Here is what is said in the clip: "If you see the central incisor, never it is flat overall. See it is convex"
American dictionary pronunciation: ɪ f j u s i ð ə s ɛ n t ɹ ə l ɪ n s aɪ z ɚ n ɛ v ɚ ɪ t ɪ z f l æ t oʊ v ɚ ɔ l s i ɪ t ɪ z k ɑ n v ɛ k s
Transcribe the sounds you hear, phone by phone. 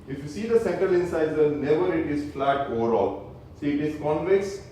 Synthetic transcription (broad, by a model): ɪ f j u s i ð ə s ɛ n t ɹ ə l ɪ n s aɪ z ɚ n ɛ v ɚ ɪ t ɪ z f l æ t oʊ v ɚ ɔ l s i ɪ t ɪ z k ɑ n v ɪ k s